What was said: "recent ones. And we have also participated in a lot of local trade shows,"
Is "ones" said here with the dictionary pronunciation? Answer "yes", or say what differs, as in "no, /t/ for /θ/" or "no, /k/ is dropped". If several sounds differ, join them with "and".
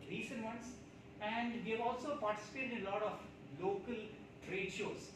no, /s/ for /z/